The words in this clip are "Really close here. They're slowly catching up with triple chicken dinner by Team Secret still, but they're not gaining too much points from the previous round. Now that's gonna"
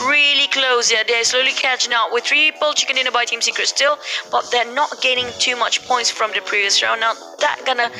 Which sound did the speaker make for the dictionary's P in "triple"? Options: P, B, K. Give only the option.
B